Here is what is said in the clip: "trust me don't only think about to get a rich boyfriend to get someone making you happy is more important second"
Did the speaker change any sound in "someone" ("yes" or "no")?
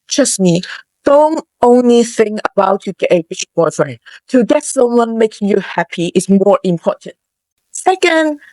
yes